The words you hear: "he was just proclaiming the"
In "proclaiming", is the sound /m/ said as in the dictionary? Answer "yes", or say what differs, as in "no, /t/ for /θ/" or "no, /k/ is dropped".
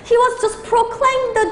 no, /m/ is dropped